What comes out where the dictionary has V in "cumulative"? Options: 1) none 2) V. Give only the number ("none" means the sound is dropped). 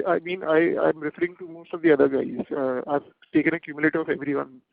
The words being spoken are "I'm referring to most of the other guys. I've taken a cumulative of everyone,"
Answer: 1